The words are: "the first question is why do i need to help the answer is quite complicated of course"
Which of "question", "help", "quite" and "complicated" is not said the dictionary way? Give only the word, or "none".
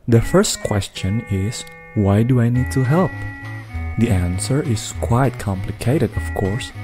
none